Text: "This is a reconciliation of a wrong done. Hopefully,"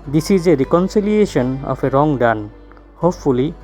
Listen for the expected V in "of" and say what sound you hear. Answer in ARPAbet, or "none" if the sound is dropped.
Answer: P